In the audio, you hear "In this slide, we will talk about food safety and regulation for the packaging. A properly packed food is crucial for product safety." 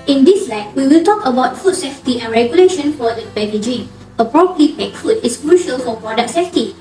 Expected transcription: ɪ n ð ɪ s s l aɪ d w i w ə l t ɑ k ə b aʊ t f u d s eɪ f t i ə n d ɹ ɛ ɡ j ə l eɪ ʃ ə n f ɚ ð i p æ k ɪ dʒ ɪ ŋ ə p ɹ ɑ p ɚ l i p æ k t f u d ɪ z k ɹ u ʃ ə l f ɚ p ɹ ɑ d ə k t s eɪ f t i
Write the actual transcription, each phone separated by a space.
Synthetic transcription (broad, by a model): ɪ n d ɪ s s l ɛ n w i w ə l t ɑ k ə b aʊ t f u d s eɪ f t i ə n ɹ ɛ ɡ j ə l eɪ ʃ ə n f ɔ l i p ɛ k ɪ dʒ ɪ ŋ ə p ɹ ɑ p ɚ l i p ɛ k f u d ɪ s k ɹ u ʃ ə l f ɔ p ɹ ɑ d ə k s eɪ f t i